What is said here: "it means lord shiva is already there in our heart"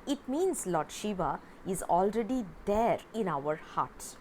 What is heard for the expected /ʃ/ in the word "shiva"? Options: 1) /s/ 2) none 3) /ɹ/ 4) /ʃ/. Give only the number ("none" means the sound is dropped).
4